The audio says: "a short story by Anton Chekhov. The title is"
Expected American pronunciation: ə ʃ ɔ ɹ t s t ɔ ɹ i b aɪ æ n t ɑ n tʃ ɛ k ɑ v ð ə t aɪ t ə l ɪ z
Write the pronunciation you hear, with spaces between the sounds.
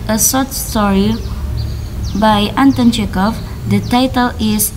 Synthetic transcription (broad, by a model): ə s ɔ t s t ɔ ɹ i b aɪ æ n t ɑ n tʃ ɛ k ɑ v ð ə t aɪ t ə l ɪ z